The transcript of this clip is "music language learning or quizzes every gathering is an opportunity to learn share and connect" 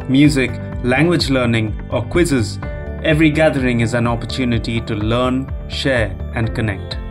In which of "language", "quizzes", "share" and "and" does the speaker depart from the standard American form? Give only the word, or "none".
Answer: none